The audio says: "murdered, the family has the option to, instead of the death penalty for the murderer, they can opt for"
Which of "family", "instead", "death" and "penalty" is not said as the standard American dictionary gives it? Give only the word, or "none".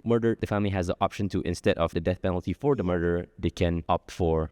none